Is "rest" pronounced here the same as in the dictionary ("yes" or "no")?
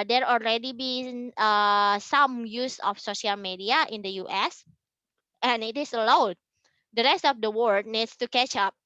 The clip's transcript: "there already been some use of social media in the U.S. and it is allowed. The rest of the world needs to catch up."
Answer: yes